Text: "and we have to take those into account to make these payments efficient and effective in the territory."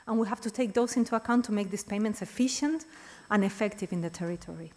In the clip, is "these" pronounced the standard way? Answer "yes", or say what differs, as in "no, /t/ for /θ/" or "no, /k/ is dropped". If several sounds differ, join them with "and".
no, /s/ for /z/